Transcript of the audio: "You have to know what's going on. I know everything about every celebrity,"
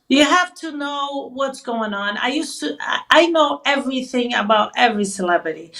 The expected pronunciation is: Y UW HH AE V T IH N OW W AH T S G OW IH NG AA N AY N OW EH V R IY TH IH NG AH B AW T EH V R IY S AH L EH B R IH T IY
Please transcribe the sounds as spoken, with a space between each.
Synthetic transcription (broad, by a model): Y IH HH AE F T IH N OW W AH T S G OW IH NG AA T AY N OW EH V R IY TH IH NG AH B AW T EH V R IY S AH L EH B R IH T IY